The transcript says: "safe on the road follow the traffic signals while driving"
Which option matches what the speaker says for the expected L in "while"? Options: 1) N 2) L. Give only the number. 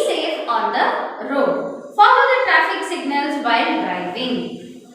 1